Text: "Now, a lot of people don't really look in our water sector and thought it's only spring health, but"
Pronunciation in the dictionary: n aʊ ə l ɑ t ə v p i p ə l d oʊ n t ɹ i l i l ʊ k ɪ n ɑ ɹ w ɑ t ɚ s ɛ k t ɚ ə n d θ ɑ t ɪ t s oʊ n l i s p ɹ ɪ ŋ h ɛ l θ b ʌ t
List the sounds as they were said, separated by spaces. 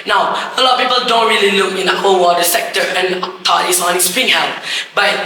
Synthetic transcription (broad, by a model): n aʊ ə l ɑ t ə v p i p ə l d oʊ n t ɹ i l i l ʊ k ɪ n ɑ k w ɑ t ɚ s ɛ k t ɚ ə n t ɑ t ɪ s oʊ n i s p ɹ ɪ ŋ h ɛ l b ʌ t